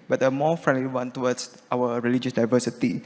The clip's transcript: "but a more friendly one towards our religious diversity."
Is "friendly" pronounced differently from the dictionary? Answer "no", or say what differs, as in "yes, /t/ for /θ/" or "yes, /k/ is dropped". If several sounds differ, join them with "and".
no